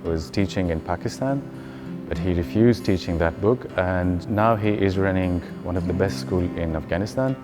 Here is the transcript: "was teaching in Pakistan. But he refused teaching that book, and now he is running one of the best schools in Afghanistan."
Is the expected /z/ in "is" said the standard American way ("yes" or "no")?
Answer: yes